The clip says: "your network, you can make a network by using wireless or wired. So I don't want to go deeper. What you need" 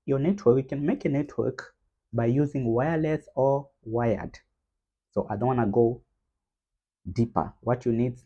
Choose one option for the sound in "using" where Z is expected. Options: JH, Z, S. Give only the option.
Z